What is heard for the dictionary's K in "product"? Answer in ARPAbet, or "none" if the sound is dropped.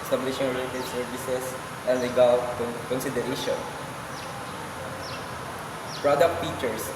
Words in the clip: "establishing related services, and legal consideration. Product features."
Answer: K